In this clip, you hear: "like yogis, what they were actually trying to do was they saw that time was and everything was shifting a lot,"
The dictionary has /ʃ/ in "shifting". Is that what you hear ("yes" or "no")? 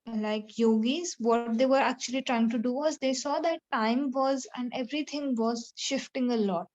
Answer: yes